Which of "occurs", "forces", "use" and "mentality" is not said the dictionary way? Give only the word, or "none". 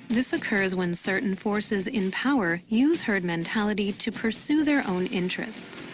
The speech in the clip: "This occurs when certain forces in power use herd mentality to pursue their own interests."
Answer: none